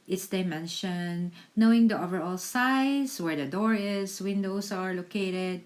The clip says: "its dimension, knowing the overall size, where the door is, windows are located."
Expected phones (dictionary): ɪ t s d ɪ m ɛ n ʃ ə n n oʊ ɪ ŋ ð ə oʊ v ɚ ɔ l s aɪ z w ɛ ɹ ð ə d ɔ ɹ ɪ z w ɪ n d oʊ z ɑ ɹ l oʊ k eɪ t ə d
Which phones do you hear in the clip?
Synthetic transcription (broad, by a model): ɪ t s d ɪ m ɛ n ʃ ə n n oʊ ɪ ŋ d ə oʊ v ɚ ɔ l s aɪ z w ɛ ɹ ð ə d ɔ ɹ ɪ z w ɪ n d oʊ s ɑ ɹ l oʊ k eɪ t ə d